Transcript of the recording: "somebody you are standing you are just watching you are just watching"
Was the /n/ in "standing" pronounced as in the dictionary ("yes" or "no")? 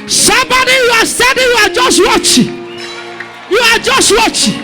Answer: no